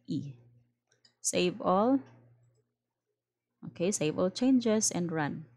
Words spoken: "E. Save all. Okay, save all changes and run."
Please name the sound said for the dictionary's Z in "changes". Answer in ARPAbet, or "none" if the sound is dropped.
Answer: S